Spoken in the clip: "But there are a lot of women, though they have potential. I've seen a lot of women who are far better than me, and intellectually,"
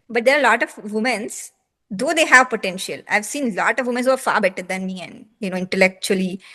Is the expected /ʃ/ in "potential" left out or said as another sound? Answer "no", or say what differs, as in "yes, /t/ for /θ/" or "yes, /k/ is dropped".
no